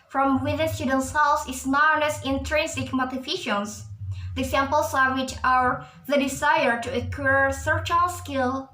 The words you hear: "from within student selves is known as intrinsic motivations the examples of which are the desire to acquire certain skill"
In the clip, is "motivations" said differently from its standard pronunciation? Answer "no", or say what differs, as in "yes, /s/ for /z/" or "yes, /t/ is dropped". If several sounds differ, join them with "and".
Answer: yes, /f/ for /v/